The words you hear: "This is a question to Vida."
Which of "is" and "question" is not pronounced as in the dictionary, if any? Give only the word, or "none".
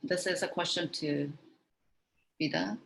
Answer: none